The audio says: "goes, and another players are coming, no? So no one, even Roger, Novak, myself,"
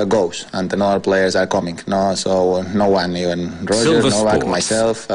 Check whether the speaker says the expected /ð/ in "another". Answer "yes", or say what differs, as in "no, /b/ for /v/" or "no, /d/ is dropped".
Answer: no, /ð/ is dropped